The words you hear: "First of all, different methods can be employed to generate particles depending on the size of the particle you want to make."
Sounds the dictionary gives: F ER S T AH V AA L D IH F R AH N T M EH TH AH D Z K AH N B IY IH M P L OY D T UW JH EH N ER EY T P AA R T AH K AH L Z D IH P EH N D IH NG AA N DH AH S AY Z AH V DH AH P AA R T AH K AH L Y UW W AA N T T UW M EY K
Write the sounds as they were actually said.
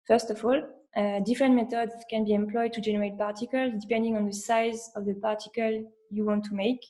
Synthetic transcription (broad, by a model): F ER S T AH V AA L D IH F R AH N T M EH T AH D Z K AH N B IY IH M P L OY D T UW JH EH N ER EY T P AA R T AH K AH L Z D IH P EH N D IH NG AA N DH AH S AY Z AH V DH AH P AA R T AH K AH L Y UW W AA N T T UW M EY K